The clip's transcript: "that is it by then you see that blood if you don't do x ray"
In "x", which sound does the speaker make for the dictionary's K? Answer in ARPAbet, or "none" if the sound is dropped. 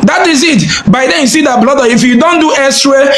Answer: none